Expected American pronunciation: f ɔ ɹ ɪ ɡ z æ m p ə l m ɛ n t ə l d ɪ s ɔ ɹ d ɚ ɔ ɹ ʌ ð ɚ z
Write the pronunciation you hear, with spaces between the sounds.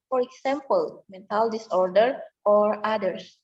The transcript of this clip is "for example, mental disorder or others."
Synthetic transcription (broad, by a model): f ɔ ɹ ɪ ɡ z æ m p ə l m ɛ n t ə l d ɪ s ɔ ɹ d ɚ ɔ ɹ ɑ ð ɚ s